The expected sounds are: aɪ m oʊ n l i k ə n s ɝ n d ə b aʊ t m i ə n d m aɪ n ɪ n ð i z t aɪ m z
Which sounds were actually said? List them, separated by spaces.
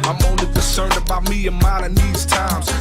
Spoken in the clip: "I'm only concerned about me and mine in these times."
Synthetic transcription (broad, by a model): aɪ m oʊ n l i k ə n s ɝ n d ə b aʊ t m i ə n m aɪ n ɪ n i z t aɪ m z